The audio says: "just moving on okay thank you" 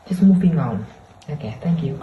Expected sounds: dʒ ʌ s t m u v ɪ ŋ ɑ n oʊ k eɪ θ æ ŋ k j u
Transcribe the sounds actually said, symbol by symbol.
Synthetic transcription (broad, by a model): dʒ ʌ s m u p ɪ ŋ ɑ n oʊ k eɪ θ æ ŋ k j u